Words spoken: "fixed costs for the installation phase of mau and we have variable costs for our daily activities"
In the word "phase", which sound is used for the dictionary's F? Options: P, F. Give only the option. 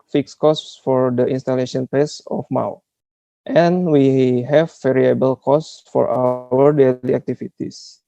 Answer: P